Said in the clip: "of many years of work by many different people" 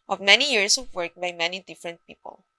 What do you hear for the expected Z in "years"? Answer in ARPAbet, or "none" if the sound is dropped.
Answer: S